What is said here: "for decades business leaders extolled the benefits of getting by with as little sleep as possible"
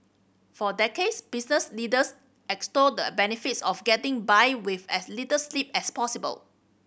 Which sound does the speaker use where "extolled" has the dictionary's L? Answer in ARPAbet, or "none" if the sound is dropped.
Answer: none